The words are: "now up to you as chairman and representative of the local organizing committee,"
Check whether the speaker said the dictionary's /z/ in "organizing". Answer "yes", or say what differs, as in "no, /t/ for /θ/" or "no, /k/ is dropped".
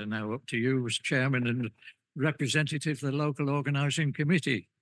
yes